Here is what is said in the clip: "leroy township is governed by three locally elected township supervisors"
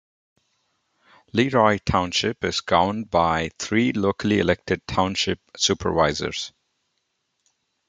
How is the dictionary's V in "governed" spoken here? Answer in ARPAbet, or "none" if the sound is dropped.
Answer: none